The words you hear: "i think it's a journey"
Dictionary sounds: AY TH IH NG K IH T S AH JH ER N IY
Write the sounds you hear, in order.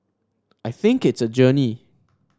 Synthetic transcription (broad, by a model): AY TH IH NG K IH T S AH JH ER N IY